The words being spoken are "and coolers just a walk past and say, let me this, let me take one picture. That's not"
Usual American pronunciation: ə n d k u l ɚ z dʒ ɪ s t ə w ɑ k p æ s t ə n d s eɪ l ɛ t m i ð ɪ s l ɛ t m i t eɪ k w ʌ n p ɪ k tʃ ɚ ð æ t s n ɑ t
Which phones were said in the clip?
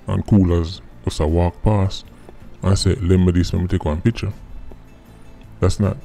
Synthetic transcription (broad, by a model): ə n k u l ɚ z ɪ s ə w ɑ k p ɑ s ə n s eɪ l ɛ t m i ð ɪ s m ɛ m i t eɪ k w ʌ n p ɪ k tʃ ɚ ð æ t s n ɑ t